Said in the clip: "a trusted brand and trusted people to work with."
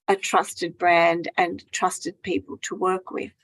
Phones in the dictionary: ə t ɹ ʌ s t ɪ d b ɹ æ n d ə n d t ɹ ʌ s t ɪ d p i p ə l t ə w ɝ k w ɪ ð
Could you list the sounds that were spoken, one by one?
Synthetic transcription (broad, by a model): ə t ɹ ʌ s t ɪ d b ɹ æ n d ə n t ɹ ʌ s t ɪ d p i p ə l t ə w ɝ k w ɪ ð